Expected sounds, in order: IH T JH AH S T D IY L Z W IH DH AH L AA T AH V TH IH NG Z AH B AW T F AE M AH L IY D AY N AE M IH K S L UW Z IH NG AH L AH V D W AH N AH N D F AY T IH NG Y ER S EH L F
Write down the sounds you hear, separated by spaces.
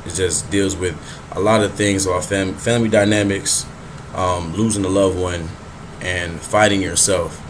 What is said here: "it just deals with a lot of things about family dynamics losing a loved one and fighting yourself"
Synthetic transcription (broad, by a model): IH T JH AH S D IY L Z W IH DH AH L AA T AH V TH IH NG Z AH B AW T F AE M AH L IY D AY N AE M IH K S L UW Z IH NG AH L AH V W AH N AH N F AY T IH NG Y ER S EH L F